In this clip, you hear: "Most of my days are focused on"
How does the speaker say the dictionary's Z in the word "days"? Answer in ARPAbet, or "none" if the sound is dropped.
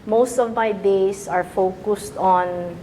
S